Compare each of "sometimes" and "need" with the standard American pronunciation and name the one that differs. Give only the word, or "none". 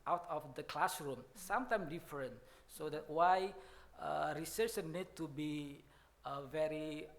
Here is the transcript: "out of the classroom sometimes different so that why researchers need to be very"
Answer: sometimes